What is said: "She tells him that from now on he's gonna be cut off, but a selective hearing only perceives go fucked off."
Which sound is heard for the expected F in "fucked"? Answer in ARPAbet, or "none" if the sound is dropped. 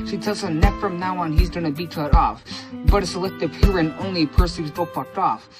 P